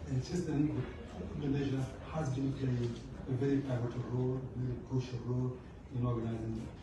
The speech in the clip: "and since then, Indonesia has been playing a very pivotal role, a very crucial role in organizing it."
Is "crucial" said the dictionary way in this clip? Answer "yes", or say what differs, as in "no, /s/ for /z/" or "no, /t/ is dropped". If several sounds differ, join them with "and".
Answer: no, /ɹ/ is dropped